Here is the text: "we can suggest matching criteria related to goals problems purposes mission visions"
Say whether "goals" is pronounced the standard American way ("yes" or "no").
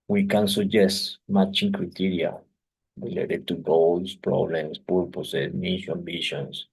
no